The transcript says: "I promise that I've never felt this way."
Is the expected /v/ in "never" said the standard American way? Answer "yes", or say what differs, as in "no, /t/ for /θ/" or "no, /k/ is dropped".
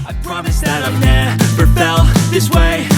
no, /p/ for /v/